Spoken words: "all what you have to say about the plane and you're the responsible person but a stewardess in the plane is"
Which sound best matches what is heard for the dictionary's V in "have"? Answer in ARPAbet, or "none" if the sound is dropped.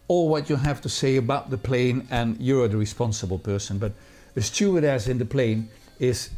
F